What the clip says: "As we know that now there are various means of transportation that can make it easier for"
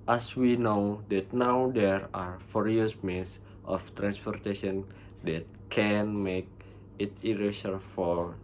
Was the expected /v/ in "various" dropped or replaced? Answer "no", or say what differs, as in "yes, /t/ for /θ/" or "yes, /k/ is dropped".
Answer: yes, /f/ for /v/